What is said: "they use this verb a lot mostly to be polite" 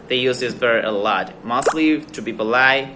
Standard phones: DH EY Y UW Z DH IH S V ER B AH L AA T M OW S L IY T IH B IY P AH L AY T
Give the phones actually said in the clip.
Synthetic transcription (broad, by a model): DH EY Y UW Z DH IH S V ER AH L AA T M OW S L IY T IH B IY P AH L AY